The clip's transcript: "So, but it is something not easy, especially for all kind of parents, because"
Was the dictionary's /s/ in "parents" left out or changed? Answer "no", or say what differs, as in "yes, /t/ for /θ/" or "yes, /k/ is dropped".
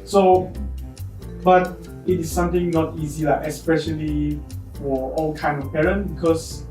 yes, /s/ is dropped